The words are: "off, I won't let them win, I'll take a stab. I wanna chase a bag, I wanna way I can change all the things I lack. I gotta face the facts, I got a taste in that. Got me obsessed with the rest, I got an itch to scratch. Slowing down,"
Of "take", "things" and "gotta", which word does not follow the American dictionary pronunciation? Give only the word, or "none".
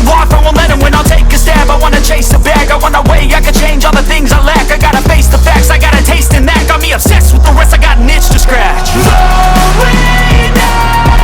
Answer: none